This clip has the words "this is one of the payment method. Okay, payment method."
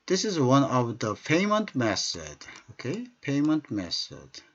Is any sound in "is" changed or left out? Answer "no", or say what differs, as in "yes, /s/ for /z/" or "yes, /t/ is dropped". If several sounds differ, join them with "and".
no